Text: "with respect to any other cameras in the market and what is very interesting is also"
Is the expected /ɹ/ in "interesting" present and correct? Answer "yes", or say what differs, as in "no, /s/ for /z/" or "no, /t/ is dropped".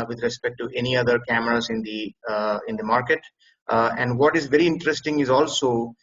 yes